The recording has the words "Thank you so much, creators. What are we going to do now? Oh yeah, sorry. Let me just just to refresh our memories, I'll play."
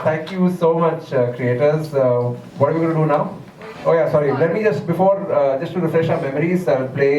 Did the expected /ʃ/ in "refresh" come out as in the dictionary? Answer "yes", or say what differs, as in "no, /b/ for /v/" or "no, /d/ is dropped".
yes